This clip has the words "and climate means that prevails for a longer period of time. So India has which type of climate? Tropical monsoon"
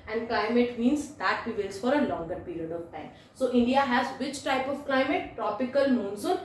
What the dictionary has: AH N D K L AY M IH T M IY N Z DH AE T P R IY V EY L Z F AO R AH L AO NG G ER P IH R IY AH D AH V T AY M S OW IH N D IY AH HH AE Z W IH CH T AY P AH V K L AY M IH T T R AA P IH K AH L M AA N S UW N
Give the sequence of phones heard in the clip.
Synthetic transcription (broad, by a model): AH N D K L AY M IH T M IY N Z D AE T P IY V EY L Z F AO R AH L AO NG G ER P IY R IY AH D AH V T AY M S OW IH N D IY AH HH AE Z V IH CH T AY P AH V K L AY M IH T T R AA P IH K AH L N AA N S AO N